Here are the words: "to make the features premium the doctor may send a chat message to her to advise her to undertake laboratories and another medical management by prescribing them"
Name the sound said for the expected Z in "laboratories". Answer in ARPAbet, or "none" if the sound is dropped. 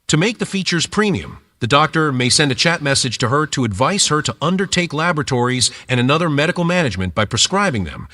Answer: Z